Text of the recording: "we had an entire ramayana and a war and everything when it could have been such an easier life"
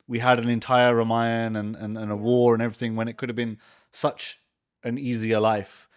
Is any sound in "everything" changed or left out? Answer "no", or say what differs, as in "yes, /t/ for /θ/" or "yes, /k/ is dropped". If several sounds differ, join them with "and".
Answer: no